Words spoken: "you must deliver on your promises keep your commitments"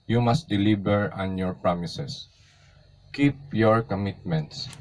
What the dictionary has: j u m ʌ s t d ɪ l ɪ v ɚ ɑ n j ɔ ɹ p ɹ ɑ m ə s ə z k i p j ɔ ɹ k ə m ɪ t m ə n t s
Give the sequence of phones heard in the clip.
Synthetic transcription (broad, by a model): j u m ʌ s t d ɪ l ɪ b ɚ ɑ n j ɔ ɹ p ɹ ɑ m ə s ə s k i p j ɔ ɹ k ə m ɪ t m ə n t s